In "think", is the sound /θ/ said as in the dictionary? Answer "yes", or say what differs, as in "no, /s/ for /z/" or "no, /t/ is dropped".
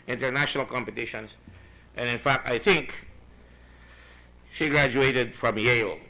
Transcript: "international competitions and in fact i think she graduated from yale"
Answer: yes